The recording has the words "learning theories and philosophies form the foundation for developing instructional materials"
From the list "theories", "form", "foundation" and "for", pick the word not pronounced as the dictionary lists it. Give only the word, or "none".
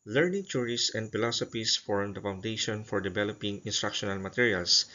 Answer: theories